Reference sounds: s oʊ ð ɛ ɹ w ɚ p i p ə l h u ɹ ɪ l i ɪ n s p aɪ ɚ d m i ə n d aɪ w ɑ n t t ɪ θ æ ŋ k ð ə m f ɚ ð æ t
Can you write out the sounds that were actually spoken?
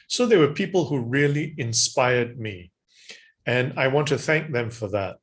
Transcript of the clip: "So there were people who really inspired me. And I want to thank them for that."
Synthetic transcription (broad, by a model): s oʊ ð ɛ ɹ w ɚ p i p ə l h u ɹ ɪ l i ɪ n s p aɪ ɚ d m i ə n aɪ w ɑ n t t ɪ θ æ ŋ k ð ə m f ɚ ð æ t